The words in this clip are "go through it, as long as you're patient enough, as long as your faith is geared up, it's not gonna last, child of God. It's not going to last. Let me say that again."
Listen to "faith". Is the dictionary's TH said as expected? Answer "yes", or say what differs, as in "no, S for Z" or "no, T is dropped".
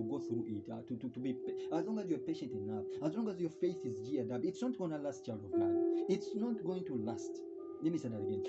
yes